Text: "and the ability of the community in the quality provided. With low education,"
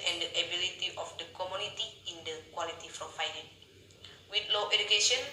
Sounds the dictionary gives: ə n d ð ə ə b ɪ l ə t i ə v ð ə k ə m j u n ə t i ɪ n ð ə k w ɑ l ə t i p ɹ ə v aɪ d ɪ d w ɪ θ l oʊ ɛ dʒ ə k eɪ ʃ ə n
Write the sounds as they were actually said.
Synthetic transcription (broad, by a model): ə n d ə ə b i l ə t i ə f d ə k ə m j u n ə t i ɪ n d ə k w ɑ l ə t i f ɹ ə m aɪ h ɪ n w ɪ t l oʊ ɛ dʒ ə k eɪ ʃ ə n